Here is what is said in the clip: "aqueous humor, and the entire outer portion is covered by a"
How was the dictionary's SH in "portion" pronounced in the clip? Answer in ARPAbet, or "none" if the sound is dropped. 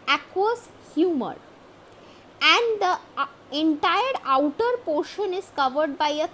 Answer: SH